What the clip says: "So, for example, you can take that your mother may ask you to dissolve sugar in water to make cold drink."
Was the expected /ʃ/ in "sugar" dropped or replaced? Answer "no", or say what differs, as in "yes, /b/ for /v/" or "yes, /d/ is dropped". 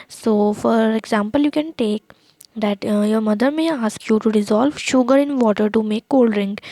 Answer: no